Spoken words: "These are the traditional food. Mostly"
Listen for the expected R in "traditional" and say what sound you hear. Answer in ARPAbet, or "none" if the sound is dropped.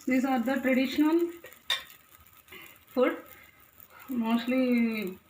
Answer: R